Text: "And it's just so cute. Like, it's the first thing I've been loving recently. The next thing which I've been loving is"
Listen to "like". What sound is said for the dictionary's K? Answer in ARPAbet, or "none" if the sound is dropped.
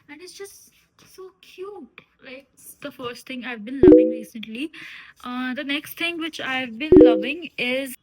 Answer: none